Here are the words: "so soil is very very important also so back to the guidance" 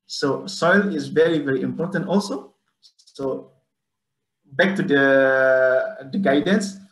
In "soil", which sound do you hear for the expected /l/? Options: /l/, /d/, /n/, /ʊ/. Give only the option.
/l/